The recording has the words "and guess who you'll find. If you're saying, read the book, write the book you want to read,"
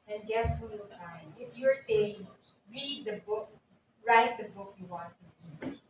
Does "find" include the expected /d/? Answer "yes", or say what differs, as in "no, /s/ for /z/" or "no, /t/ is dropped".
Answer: no, /d/ is dropped